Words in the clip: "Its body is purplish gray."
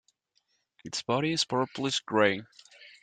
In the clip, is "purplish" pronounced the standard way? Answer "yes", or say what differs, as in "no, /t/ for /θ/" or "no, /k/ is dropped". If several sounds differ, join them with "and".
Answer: no, /s/ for /ʃ/